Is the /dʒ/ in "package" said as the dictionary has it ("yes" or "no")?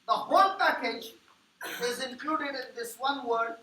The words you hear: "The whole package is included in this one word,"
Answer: yes